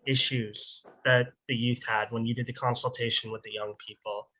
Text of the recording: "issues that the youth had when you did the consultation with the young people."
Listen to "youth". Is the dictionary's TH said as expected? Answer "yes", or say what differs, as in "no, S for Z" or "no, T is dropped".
yes